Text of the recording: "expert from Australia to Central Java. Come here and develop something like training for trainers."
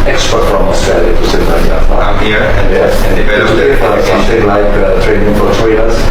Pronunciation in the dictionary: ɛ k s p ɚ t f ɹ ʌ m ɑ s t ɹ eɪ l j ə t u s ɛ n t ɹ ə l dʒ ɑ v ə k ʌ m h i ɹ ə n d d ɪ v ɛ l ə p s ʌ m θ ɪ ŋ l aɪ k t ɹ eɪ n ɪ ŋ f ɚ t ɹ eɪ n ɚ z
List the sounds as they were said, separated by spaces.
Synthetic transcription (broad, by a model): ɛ k s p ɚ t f ɹ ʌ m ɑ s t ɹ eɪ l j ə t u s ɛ t l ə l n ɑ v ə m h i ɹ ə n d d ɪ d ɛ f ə s ʌ m θ ɪ ŋ l aɪ k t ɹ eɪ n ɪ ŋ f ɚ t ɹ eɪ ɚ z